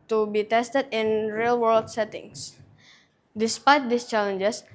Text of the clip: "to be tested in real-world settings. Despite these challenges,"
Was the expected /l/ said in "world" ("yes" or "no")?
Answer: yes